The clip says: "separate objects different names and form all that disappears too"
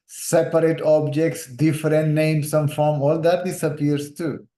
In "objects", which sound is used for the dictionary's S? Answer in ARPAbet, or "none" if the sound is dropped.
S